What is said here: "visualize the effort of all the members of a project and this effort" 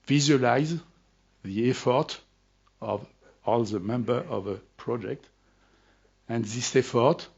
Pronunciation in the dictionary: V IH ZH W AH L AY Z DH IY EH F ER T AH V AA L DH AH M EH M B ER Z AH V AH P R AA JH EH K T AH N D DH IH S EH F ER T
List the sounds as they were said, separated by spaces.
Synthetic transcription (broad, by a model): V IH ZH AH L AY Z DH IY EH F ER T AH V AA L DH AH M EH M B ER AH V AH P R AA JH EH K T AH N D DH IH S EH F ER T